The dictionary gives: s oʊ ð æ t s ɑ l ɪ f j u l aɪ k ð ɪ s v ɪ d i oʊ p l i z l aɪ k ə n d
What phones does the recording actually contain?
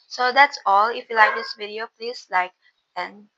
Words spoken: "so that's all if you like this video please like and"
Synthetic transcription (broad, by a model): s oʊ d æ t s ɑ l ɪ f j u l aɪ k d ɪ s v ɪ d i oʊ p l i s l aɪ k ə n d